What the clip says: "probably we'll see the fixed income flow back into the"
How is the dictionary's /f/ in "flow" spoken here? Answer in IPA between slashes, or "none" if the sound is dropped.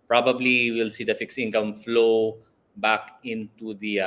/f/